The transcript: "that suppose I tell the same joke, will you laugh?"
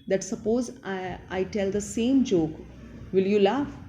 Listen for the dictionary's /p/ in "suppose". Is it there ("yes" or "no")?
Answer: yes